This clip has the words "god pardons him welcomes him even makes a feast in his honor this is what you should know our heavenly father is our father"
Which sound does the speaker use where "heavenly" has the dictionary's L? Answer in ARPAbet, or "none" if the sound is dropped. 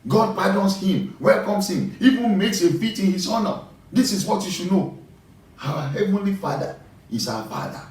L